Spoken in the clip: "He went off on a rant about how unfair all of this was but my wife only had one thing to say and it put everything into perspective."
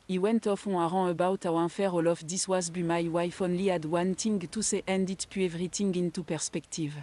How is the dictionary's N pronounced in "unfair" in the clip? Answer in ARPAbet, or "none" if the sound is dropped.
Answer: none